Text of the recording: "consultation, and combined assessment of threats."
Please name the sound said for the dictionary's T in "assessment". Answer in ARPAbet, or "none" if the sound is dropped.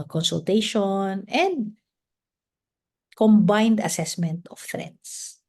T